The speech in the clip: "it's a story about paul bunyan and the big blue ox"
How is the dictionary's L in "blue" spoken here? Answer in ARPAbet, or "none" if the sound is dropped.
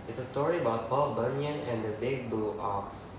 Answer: none